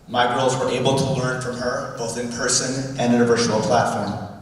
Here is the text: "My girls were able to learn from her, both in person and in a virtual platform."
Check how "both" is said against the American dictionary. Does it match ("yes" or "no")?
yes